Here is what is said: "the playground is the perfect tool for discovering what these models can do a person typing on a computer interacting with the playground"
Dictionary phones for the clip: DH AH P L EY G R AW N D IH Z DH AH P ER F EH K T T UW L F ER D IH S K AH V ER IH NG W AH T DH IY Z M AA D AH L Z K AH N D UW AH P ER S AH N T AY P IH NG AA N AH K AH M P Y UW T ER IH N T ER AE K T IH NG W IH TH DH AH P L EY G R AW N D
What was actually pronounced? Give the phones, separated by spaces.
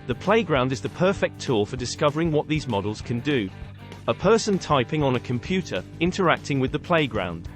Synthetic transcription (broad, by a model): DH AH P L EY G R AW N D IH Z DH AH P ER F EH K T T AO F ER D IH S K AH V ER IH NG W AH T DH IY Z M AA D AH L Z K AH N D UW AH P ER S AH N T AY P IH NG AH N AH K AH M P Y UW T ER IH N T ER AE K T IH NG W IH DH AH P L EY G R AW N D